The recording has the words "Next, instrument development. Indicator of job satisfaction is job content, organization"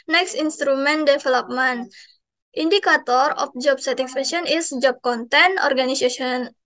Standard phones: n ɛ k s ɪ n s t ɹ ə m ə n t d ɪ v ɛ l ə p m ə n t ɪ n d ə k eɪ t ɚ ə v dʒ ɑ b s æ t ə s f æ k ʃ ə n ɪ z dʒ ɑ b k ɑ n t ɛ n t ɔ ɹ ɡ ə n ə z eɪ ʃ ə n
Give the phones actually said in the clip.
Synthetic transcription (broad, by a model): n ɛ k s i n s t ɹ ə m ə n d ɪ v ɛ l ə p m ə n t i n d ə k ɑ t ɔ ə f dʒ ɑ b s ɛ t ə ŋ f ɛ ʃ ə n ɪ s dʒ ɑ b k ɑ n t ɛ n ɔ ɹ ɡ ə n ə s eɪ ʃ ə n